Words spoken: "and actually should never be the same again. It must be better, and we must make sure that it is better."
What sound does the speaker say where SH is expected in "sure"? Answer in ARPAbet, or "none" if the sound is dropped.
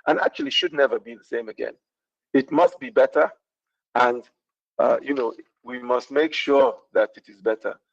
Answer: SH